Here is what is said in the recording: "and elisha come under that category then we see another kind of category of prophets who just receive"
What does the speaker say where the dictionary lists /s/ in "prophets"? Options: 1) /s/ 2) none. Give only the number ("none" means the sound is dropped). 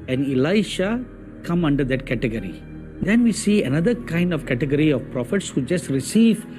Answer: 1